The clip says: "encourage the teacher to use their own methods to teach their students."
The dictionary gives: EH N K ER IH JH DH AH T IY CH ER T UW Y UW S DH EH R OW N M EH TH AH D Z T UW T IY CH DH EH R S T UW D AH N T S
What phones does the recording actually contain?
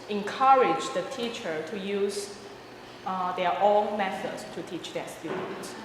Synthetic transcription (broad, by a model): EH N K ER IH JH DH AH T IY CH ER T UW Y UW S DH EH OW L M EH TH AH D S T UW T IY CH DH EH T S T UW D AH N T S